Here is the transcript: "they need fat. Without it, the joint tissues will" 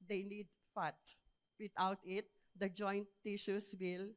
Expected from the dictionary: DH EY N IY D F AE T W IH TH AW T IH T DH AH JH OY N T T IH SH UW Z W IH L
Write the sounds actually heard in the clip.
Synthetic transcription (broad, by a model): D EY N IY D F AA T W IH T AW T IH T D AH JH OY N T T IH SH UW S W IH L